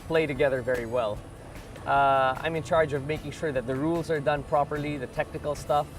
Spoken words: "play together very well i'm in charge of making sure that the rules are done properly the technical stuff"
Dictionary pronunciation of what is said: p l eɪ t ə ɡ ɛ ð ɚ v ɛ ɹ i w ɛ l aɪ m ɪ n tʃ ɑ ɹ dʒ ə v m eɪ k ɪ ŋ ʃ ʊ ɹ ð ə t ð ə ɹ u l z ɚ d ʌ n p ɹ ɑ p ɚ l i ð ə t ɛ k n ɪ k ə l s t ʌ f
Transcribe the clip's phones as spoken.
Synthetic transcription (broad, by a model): p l eɪ t ə ɡ ɛ ð ɚ v ɛ ɹ i w ɛ l aɪ m ɪ n tʃ ɑ ɹ dʒ ə v m eɪ k ɪ ŋ ʃ ʊ ɹ ð ə t ð ə ɹ u l z ɚ d ʌ n p ɹ ɑ p ɚ l i ð ə t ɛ k n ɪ k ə l s t ʌ f